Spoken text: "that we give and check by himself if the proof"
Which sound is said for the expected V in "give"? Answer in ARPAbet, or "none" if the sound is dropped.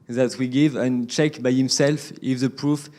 V